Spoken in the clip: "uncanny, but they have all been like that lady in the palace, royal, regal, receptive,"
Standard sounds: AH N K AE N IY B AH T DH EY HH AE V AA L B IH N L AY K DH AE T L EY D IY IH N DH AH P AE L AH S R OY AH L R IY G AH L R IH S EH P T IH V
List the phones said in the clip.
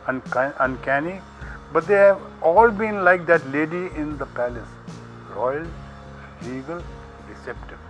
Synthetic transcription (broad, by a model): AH N K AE N IY B AH T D EY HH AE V AA L B IH N L AY K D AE T L EY D IY IH N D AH P AE L AH S R OY AH L L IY G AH L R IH S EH P T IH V